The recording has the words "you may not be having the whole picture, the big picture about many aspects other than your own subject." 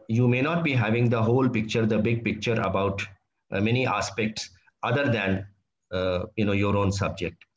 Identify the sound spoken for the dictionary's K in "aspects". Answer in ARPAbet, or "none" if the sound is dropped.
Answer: K